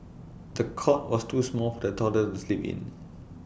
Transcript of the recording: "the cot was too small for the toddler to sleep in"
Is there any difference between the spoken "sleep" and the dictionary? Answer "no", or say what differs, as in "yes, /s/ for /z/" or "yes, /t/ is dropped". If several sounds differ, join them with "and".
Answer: no